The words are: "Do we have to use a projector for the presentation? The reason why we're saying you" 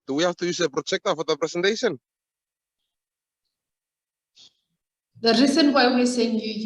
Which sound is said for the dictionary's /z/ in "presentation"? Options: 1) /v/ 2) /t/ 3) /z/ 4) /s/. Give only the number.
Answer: 4